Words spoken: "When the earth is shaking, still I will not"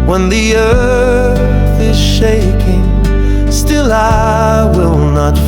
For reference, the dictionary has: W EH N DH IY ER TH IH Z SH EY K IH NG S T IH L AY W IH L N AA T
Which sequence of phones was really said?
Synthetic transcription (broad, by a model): W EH N DH IY ER TH IH Z SH EY K IH NG S T IH L AY W IH L N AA T